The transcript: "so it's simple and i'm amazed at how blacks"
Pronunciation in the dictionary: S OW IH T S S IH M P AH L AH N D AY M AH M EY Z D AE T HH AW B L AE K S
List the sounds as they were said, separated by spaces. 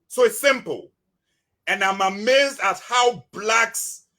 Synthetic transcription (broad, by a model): S OW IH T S S IH M P AH L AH N AY M AH M EY Z D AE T HH AW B L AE K S